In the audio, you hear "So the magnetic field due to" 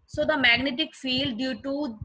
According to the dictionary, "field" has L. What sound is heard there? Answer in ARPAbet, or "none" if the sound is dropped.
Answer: L